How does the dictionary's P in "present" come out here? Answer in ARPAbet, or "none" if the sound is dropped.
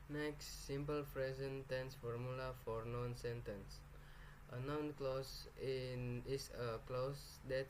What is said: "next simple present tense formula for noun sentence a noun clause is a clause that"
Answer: F